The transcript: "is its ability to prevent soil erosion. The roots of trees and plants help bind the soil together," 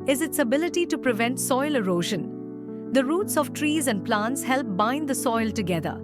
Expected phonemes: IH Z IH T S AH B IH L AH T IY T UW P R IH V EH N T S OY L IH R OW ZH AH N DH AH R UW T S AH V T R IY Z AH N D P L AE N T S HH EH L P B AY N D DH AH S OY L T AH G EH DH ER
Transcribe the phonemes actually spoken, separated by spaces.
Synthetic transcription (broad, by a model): IH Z IH T S AH B IH L AH T IY T UW P R IH V EH N T S OY L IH R OW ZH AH N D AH R UW T S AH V T R IY Z AH N D P L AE N T S HH EH L P B AY N D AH S OY L T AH G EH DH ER